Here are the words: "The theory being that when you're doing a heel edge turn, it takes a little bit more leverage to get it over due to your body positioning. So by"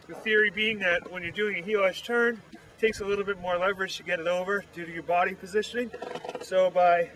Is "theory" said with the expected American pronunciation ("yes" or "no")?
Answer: yes